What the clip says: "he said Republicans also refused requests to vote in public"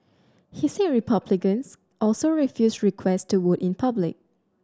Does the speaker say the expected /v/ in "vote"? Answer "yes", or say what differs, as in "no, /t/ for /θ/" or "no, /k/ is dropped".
no, /w/ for /v/